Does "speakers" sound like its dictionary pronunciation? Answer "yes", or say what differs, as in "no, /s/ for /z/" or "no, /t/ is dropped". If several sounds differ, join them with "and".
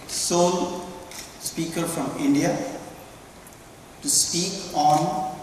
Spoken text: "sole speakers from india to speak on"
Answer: no, /z/ is dropped